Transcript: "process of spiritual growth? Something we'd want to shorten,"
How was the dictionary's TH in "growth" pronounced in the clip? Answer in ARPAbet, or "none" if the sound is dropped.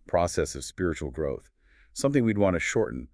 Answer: TH